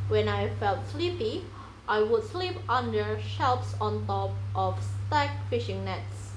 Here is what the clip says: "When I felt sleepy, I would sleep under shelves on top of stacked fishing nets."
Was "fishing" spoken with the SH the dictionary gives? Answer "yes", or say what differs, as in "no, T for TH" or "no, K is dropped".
yes